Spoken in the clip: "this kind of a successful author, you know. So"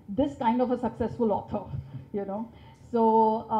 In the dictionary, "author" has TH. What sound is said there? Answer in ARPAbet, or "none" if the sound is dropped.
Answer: T